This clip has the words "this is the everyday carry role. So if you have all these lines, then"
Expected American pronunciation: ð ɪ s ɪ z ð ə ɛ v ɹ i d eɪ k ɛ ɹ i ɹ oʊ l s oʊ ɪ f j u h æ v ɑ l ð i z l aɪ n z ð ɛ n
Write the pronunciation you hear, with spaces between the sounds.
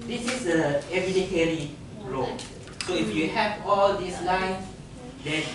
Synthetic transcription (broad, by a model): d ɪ s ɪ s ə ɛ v i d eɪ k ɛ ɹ i ɹ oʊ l s oʊ ɪ f j u h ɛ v ɑ l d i s l aɪ n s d ɛ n